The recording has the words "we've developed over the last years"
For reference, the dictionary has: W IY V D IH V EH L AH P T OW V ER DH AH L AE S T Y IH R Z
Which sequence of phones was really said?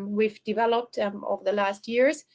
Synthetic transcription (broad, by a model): W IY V D IH V EH L AH P T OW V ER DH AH L AE S T Y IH R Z